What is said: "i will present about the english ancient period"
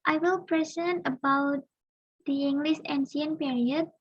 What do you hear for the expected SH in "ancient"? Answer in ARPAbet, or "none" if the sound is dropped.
S